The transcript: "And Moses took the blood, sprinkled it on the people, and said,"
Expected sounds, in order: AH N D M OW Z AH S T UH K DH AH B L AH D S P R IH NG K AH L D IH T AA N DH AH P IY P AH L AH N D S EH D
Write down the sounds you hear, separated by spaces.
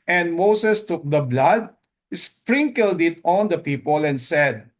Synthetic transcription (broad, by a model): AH N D M OW S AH S T UH K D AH B L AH D S P R IH NG K AH L D IH T AA N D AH P IY P AH L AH N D S EH D